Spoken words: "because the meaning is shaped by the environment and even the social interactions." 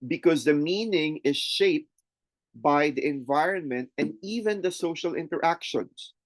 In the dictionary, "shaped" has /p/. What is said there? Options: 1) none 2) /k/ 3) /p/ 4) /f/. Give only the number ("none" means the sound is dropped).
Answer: 3